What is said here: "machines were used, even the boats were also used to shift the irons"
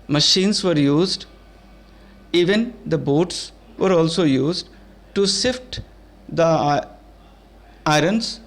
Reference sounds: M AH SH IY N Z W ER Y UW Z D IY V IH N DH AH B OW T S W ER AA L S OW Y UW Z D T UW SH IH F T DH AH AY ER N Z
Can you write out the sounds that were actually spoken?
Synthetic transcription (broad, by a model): M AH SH IY N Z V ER Y UW Z D IY V IH N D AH B OW T S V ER AA L S OW Y UW Z D T UW S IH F T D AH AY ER N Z